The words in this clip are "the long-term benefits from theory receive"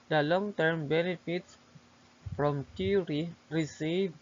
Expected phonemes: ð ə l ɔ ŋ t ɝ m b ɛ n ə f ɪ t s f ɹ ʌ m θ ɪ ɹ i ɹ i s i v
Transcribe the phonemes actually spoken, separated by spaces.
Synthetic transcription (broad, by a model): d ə l ɔ ŋ t ɝ m b ɛ n ə f ɪ t s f ɹ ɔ m t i ɹ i ɹ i s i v